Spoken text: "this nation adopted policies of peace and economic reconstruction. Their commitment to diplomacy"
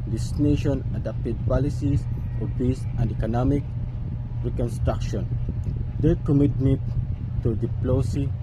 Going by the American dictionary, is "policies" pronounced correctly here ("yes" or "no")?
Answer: no